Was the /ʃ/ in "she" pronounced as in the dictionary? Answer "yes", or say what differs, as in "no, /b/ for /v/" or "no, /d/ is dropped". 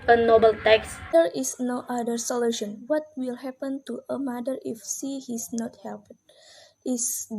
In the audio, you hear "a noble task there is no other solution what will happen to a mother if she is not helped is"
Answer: no, /s/ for /ʃ/